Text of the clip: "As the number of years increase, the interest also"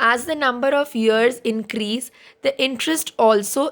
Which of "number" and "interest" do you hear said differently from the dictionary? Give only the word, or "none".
none